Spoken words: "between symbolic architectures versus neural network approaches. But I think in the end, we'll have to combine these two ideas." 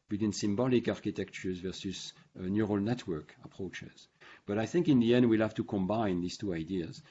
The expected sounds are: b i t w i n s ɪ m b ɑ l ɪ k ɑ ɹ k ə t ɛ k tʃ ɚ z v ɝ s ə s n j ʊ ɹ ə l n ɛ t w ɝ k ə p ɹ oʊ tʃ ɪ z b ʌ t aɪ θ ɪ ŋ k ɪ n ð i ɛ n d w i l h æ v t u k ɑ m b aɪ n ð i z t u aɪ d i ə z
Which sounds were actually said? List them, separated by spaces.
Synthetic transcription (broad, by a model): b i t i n s ɪ m b ɑ l ɪ k ɑ ɹ k ə t ɛ k tʃ ɚ z v ɝ s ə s n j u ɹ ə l n ɛ t w ɝ k ə p ɹ oʊ tʃ ɪ z b ʌ t aɪ θ ɪ ŋ k ɪ n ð i ɛ n d w i l h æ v t u k ɑ m b aɪ n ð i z t u aɪ d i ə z